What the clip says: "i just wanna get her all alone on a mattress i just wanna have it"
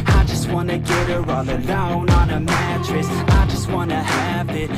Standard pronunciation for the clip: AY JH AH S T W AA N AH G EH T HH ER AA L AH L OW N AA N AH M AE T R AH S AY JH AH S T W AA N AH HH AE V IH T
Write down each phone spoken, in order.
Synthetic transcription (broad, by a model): AY JH AH S T W AA N AH G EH T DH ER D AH UH N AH N AH M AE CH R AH S AY JH AH S T W AA N AH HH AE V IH T